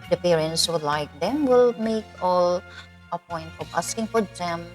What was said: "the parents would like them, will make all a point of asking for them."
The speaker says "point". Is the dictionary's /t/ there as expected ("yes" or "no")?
yes